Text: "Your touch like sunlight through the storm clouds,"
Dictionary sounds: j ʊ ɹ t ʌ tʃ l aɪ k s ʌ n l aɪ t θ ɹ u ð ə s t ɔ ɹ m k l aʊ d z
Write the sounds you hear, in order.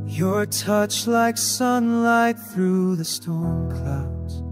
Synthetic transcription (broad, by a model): j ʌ ɹ t ʌ tʃ l aɪ k s ʌ n l aɪ t θ ɹ u ð ə s t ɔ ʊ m k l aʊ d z